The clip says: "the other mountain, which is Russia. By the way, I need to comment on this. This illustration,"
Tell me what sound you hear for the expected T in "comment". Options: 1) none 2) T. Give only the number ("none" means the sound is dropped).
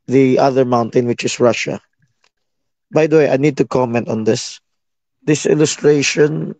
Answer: 2